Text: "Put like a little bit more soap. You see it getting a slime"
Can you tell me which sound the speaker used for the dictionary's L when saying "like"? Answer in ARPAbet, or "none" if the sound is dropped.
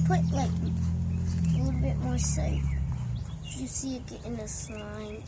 L